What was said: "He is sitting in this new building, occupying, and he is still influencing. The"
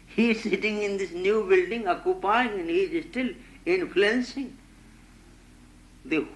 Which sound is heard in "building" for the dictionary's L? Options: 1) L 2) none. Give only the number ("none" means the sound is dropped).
1